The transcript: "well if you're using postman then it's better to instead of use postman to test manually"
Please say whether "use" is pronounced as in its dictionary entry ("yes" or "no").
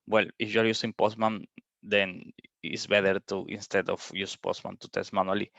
yes